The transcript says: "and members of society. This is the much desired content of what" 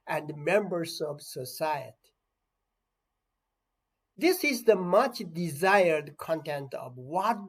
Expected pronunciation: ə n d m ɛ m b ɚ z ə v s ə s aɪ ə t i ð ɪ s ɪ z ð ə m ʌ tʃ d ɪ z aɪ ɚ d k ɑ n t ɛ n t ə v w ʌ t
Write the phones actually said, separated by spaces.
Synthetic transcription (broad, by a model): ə n d m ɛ m b ɚ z ə v s ə s aɪ ə t i ð ɪ s ɪ z ð ə m ʌ tʃ d ɪ z aɪ ɚ d k ɑ n t ɛ n t ə v w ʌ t